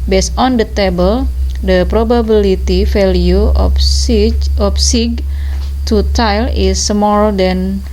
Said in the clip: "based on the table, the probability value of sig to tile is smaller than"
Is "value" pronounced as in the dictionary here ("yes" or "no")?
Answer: no